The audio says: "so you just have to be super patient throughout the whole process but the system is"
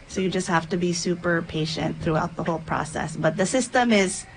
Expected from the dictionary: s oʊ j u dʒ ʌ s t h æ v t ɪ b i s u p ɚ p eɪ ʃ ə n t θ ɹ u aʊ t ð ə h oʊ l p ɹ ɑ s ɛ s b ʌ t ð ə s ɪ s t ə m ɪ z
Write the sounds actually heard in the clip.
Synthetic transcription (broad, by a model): s oʊ j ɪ dʒ ʌ s t h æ f t ɪ b i s u p ɚ p eɪ ʃ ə n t θ ɹ u aʊ t ð ə h oʊ l p ɹ ɑ s ɛ s b ʌ t ð ə s ɪ s t ə m ɪ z